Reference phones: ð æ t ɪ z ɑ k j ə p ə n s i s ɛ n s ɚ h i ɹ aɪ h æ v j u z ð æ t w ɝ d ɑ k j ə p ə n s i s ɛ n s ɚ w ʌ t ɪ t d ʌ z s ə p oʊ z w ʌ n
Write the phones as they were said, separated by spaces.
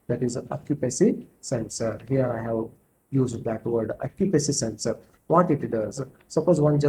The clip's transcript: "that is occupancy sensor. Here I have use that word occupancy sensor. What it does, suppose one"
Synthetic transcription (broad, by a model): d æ t ɪ z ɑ k j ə p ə s i s ɛ n s ɚ h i ɹ aɪ h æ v j u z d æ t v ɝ d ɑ k j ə p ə s i s ɛ n s ɚ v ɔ t ɪ t d ʌ z s ə p oʊ z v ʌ n